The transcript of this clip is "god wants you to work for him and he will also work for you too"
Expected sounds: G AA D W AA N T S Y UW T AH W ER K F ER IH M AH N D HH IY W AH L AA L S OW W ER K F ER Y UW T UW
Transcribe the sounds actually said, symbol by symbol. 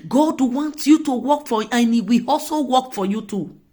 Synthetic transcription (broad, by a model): G AA D W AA N T Y UW T AH W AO K F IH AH N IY W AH AA L S OW W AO K F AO Y UW T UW